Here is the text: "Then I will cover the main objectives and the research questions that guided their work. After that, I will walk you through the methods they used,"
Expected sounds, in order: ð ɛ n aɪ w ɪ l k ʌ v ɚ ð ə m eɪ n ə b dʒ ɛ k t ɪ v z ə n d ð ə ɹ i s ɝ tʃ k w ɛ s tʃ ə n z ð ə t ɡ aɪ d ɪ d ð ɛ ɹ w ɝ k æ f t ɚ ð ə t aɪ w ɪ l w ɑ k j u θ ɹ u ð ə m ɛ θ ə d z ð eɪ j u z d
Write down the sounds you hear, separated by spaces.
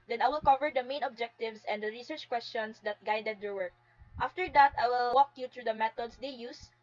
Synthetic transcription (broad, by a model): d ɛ n aɪ w ɪ l k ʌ v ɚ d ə m eɪ n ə b dʒ ɛ k t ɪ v s ə n d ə ɹ i s ɝ tʃ k w ɛ s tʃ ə n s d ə t ɡ aɪ d ɪ d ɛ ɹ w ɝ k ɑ f t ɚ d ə t aɪ w ɪ l w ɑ k j u t ɹ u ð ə m ɛ t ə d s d eɪ j u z